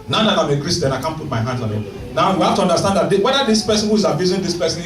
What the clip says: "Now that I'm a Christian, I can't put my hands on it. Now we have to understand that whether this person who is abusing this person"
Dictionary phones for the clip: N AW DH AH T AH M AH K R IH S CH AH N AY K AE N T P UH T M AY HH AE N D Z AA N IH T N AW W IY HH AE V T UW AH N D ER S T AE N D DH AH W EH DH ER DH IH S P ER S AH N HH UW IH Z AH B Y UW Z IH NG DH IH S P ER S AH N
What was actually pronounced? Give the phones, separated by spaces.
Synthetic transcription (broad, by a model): N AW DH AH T AH M AH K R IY S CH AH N AY K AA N P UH T M AY HH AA N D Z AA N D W N AW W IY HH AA F T UW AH N D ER S T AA N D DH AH W EH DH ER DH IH S P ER S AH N HH UW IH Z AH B Y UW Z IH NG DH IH S P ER S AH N